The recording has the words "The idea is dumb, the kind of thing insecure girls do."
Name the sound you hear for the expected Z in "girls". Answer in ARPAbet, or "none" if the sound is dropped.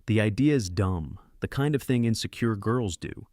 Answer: Z